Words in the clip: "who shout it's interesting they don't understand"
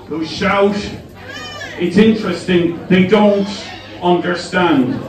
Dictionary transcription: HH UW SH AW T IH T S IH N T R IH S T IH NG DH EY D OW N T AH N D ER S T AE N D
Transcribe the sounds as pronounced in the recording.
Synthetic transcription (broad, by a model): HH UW SH AW T IH T S IH N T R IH S T IH NG DH EY D OW N T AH N D ER S T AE N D